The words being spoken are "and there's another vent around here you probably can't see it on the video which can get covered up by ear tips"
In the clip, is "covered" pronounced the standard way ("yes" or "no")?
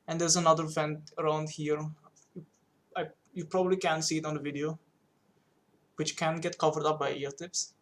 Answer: yes